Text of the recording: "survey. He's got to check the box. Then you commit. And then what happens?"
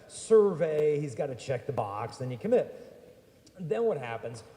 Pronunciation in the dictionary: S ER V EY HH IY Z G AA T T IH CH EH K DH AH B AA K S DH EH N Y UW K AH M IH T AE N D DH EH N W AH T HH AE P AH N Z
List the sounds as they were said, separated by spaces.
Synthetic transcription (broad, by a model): S ER V EY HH IY Z G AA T T IH CH EH K DH AH B AA K S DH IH N Y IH K AH M IH T DH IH N W AH T HH AE P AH N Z